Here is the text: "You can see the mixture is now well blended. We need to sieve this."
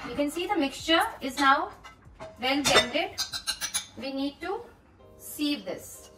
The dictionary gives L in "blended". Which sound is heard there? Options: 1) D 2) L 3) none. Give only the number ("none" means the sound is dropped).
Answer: 3